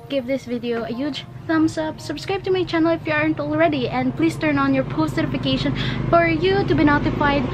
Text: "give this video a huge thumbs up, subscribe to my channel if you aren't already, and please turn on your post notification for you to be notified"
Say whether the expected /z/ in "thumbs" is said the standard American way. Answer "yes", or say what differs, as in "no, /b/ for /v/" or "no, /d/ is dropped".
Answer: no, /s/ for /z/